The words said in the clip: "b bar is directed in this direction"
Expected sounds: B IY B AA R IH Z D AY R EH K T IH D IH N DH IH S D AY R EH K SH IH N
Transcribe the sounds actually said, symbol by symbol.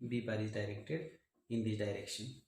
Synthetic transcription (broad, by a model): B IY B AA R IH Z D AY R EH K T IH D IH N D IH D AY R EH K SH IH N